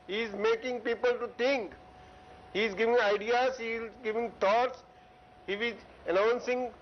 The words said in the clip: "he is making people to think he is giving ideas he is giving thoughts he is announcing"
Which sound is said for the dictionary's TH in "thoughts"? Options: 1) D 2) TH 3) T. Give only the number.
3